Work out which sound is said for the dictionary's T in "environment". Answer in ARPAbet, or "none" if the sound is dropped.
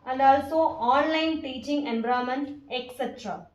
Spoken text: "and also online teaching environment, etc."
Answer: none